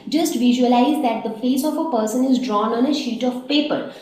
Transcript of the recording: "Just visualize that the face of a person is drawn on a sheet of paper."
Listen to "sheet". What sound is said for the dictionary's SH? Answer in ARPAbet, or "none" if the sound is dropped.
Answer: SH